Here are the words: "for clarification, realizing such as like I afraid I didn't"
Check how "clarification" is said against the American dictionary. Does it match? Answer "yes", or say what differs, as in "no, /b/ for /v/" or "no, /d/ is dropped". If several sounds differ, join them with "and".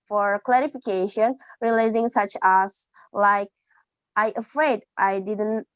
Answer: yes